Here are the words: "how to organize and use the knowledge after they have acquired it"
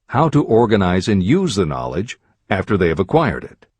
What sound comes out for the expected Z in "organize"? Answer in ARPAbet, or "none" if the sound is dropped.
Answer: Z